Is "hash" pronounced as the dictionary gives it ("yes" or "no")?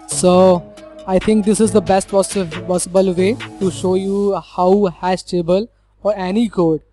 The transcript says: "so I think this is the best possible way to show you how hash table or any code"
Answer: no